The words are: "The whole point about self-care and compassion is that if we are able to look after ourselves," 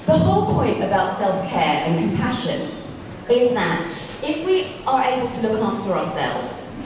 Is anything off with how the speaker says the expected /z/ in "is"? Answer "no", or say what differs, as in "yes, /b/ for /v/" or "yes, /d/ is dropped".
no